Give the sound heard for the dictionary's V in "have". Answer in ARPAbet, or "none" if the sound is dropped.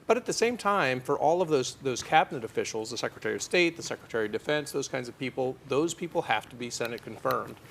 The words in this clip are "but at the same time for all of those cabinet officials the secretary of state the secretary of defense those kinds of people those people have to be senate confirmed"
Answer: F